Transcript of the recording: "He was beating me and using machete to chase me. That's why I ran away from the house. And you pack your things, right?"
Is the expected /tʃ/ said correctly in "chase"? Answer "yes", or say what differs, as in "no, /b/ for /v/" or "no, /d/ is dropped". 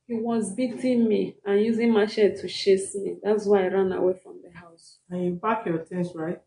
no, /ʃ/ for /tʃ/